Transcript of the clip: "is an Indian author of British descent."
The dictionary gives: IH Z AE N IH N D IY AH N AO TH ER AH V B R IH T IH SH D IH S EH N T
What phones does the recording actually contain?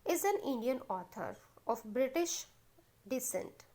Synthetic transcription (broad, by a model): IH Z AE N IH N D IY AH N AO T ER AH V B R IH T IH SH D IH S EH N T